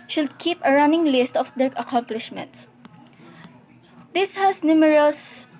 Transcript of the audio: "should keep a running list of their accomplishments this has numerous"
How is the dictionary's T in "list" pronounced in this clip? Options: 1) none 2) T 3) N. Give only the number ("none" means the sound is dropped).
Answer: 2